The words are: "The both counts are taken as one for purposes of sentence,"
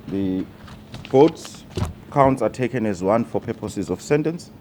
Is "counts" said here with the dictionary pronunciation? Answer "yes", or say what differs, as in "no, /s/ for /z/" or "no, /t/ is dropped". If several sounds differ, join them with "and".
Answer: yes